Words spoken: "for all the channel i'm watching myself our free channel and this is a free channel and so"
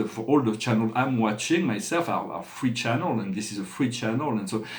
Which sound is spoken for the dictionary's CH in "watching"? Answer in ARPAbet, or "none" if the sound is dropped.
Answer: CH